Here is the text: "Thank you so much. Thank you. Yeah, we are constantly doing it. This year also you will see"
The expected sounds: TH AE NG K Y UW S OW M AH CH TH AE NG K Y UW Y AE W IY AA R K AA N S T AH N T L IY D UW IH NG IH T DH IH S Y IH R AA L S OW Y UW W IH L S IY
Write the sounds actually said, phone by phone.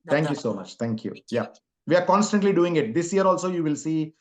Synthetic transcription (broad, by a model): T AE NG K Y UW S OW M AH CH T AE NG K Y UW Y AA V IY AA R K AA N S T AH N T L IY D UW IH NG IH T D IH S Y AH R AA L S OW Y UW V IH L S IY